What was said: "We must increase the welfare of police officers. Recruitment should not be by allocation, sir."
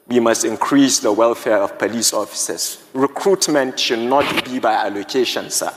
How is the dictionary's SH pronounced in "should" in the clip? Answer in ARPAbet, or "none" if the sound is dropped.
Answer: SH